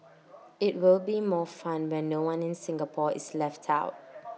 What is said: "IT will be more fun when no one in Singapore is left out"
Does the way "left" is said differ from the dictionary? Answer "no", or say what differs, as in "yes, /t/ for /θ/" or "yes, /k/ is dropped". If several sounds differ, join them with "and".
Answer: no